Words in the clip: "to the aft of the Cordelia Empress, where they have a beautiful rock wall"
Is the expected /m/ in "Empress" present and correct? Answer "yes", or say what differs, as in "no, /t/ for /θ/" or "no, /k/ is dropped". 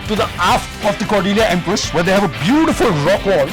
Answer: yes